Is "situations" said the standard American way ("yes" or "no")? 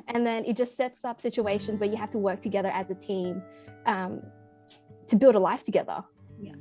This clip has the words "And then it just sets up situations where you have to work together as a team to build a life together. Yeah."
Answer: yes